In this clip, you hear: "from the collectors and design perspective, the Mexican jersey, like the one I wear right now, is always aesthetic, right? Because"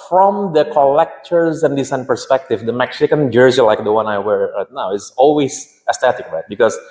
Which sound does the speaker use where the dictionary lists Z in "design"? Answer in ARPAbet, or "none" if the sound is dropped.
S